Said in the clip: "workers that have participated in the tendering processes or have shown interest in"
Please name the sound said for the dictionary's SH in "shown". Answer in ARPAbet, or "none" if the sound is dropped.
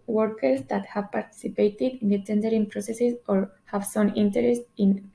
S